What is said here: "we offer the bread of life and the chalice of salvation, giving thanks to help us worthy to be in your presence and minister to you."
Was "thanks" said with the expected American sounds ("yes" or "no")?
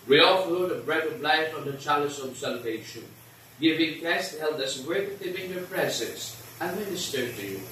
no